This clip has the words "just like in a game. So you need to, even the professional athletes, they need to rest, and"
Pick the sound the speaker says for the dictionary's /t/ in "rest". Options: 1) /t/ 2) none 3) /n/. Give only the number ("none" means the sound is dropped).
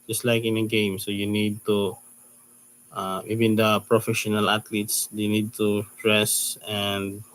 2